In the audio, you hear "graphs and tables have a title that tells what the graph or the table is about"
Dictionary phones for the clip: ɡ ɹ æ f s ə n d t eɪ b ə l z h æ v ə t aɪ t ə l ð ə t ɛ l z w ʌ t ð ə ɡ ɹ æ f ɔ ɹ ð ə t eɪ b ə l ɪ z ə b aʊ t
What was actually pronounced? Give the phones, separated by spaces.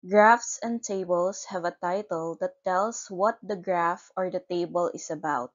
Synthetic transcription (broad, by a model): ɡ ɹ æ f s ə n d t eɪ b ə l s h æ v ə t aɪ t ə l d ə t ɛ l s w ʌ t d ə ɡ ɹ æ f ɔ ɹ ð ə t eɪ b ə l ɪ s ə b aʊ t